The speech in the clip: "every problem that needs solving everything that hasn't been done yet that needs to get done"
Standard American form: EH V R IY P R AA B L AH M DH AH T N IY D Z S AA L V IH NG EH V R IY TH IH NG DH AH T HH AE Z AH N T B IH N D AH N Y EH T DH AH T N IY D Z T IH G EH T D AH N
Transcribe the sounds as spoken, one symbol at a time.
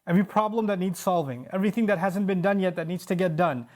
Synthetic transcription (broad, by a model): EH V R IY P R AA B L AH M DH AH T N IY D Z S AA L V IH NG EH V R IY TH IH NG DH AH T HH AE Z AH N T B IH N D AH N Y EH T DH AH T N IY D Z T IH G EH T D AH N